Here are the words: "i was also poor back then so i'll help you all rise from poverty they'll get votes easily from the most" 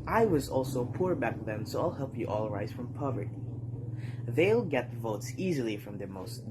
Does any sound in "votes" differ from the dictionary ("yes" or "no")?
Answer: no